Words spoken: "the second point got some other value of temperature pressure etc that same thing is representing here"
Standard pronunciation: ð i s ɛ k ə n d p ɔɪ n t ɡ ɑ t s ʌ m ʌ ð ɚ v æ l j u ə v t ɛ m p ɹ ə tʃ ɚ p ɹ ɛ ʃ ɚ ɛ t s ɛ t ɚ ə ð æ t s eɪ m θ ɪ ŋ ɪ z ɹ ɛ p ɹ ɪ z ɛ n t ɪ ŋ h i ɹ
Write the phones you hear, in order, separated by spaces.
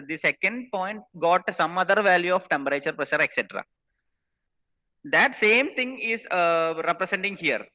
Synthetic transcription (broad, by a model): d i s ɛ k ə n d p ɔɪ n t ɡ ɑ t s ʌ m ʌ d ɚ v æ l j u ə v t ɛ m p ɹ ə tʃ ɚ p ɹ ɛ ʃ ɚ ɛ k s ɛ t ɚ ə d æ t s eɪ m t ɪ ŋ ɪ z ɹ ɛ p ɹ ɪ s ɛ n t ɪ ŋ h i ɹ